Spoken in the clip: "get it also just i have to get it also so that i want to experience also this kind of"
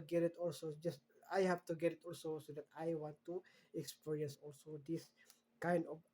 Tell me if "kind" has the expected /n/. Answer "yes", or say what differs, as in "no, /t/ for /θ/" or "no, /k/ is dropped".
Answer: yes